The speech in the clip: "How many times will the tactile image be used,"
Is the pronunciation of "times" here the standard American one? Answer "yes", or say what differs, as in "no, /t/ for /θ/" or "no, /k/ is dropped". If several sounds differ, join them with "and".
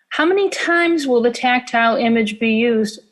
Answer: yes